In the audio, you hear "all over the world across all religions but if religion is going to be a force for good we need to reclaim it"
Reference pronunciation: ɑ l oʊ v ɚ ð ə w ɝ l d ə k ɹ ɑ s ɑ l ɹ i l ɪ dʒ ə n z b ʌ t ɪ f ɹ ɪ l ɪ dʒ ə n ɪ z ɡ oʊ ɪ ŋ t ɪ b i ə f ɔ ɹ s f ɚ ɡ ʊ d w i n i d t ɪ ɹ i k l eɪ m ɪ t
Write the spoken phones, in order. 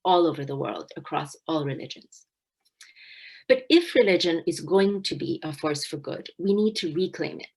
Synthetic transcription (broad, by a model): ɑ l oʊ v ɚ ð ə w ɝ l d ə k ɹ ɑ s ɑ l ɹ i l ɪ dʒ ə n z b ʌ t ɪ f ɹ ɪ l ɪ dʒ ə n ɪ z ɡ oʊ ɪ ŋ t ɪ b i ə f ɔ ɹ s f ɚ ɡ ʊ d w i n i d t ɪ ɹ i k l eɪ m ɪ t